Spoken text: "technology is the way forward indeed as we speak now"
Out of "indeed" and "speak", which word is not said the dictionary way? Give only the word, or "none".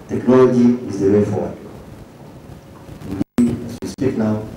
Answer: indeed